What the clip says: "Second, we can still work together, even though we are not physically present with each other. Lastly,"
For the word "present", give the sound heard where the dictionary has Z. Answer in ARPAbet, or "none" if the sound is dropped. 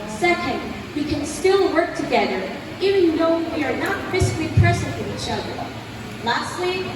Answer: S